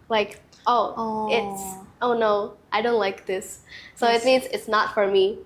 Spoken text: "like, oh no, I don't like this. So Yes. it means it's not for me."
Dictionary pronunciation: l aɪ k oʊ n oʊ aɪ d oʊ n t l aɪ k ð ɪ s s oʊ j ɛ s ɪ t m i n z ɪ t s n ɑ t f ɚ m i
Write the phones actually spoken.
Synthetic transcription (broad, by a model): l aɪ k oʊ n oʊ aɪ d oʊ n t l aɪ k ð ɪ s s oʊ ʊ ɪ t m i n z ɪ t s n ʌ t f ɚ m i